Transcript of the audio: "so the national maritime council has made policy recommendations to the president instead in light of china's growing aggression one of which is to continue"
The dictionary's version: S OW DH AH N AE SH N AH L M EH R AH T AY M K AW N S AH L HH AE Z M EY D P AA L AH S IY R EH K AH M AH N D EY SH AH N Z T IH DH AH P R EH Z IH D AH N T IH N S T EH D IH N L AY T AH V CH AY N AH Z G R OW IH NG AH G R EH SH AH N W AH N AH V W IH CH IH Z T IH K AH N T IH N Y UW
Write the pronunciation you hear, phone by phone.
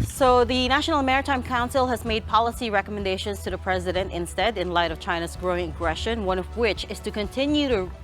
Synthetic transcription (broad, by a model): S OW DH AH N AE SH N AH M EH R AH T AY M K AW N S L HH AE Z M EY D P AA L AH S IY R EH K AH M AH N D EY SH AH N Z T IH DH AH P R EH Z IH D AH N T IH N S T EH D IH N L AY T AH V CH AY N AH Z G R OW IH NG AH G R EH SH AH N W AH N AH V W IH CH IH Z T IH K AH N T IH N Y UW